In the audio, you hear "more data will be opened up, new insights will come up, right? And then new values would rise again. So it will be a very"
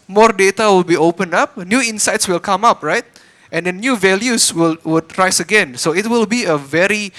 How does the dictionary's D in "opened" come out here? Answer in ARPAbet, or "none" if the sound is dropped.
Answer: none